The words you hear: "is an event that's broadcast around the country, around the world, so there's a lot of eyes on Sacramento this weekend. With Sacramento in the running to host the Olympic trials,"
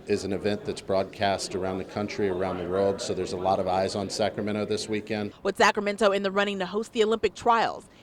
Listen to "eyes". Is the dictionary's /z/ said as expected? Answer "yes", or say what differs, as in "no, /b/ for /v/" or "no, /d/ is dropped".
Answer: yes